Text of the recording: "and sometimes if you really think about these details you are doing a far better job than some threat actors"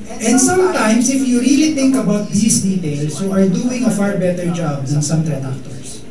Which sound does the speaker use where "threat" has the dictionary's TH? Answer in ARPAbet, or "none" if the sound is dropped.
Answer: T